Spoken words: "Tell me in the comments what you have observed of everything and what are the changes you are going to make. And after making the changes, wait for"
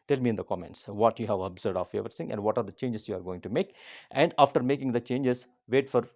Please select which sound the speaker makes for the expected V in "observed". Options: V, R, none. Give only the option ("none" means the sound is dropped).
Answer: none